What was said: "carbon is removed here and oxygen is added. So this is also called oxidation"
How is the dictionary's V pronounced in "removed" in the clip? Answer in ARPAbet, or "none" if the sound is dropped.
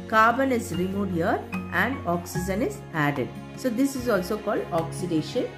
none